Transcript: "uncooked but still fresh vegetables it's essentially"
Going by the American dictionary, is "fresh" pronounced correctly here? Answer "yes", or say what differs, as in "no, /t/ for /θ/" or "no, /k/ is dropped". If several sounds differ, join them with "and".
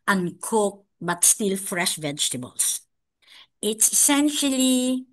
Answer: yes